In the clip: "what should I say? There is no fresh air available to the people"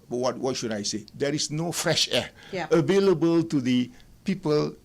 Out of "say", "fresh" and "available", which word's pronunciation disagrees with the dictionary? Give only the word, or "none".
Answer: none